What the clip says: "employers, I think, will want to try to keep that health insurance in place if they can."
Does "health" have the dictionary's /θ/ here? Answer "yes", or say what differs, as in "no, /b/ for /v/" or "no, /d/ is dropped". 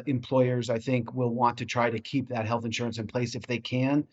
yes